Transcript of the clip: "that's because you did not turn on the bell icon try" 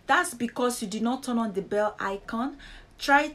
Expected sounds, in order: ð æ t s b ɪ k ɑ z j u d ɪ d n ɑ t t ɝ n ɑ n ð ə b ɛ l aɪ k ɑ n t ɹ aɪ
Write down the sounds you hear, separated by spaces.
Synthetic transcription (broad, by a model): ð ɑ t s b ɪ k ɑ s j u d ɪ d n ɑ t t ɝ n ɑ n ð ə b ɛ l aɪ k ɑ n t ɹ aɪ